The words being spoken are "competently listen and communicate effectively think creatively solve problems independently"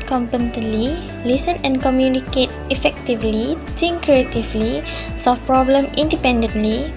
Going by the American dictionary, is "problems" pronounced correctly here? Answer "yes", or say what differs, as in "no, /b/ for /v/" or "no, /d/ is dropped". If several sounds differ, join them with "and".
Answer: no, /z/ is dropped